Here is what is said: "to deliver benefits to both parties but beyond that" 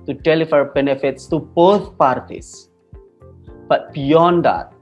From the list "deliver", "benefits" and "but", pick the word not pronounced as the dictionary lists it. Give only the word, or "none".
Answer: deliver